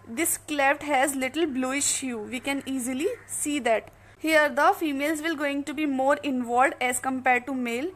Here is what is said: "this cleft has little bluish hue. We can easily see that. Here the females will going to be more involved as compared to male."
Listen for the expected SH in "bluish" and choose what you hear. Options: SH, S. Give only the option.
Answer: SH